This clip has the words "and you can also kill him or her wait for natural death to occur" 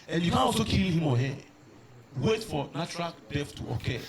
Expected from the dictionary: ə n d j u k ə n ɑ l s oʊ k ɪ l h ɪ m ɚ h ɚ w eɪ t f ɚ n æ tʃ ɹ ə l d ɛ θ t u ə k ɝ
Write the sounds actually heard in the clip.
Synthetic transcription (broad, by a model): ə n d j u k ə n ɑ l s oʊ k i l h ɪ m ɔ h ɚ w eɪ t f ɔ n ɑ tʃ ɹ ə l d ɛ f t u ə k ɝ